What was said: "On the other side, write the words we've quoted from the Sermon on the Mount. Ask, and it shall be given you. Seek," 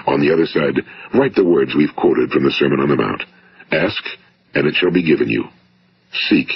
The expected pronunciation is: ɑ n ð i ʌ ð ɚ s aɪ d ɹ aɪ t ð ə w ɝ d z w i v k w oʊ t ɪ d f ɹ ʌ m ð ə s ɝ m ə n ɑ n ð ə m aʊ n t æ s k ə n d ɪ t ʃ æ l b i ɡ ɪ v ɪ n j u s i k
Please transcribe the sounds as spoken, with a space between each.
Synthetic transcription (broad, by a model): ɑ n ð i ʌ ð ɚ s aɪ d ɹ aɪ t ð ə w ɝ d z w i v k w oʊ t ɪ d f ɹ ʌ m ð ə s ɝ m ə n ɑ n ð ə m aʊ n t æ s k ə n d ɪ t ʃ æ l b i ɡ ɪ v ɪ n j u s i k